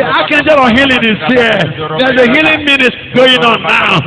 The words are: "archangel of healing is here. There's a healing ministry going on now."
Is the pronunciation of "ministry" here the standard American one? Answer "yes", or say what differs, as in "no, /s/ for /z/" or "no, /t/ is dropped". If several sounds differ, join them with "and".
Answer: no, /s/ is dropped